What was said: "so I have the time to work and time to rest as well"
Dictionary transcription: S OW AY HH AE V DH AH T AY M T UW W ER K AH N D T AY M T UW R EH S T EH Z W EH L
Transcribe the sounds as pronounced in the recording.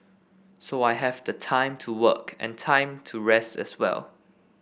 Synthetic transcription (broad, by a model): S OW AY HH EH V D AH T AY M T UW W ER K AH N T AY M T UW R EH S T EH S W EH L